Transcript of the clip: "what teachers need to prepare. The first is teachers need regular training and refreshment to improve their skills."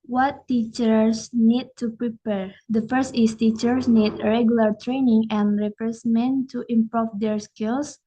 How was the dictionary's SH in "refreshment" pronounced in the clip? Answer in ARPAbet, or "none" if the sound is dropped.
S